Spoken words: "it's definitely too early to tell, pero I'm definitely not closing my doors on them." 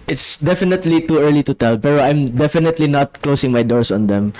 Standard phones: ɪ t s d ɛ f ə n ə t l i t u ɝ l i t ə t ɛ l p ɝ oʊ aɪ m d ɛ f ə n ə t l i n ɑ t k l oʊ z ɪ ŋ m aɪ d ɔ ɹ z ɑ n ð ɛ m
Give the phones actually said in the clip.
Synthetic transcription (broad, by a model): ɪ t s d ɛ f ə n ə t l i t u ɝ l i t ə t ɛ l p ɝ oʊ aɪ m d ɛ f ə n ə t l i n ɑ t k l oʊ s ɪ ŋ m aɪ d ɔ ɹ s ɑ n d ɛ m